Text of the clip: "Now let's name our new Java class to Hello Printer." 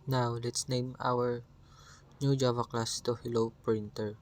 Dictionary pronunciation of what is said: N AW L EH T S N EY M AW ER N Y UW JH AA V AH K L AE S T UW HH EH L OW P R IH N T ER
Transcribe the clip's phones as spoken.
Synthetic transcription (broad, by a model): N AW L EH T S N EY M AW ER N Y UW JH AA V AH K L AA S T UW HH EH L OW P R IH N T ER